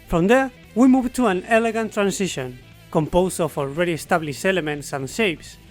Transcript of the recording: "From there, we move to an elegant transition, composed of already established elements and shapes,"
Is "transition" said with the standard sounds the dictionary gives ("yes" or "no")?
no